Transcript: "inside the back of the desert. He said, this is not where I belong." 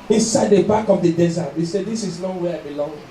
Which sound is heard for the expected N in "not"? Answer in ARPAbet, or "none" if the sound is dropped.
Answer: L